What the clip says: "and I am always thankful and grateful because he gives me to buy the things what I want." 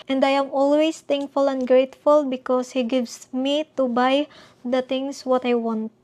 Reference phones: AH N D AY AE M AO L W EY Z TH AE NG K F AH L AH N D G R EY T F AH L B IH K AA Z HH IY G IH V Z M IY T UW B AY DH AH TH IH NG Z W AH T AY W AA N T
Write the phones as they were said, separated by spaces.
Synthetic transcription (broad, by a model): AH N D AY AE M AO L W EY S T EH NG K F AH L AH N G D R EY T F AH L B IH K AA S HH IY G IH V S M IY T UW B AY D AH T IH NG S W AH T AY W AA N T